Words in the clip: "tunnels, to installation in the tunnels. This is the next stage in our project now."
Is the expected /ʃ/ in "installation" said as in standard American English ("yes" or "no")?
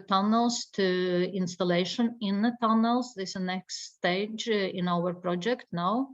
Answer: yes